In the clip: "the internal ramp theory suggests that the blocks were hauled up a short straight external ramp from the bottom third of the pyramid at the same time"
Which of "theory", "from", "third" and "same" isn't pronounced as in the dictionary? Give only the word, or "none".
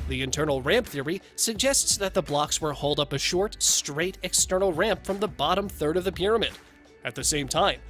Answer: none